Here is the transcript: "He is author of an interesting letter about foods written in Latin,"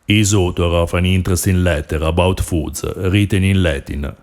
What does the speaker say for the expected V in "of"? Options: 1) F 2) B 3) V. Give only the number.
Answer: 1